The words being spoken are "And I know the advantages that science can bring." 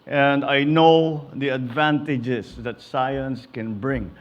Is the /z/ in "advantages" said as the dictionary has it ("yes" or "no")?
no